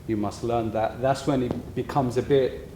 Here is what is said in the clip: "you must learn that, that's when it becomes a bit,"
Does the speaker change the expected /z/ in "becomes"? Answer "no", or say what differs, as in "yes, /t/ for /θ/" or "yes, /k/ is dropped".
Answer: no